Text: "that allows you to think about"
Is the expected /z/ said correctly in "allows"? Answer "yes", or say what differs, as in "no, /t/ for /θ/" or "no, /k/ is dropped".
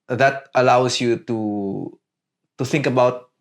no, /s/ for /z/